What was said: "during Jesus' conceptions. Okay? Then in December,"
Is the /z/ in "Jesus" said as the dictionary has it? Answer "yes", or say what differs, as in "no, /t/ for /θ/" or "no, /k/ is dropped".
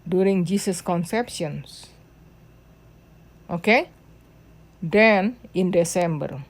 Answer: no, /s/ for /z/